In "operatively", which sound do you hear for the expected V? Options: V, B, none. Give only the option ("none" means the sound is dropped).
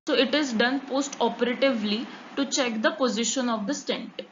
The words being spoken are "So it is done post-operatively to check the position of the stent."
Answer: V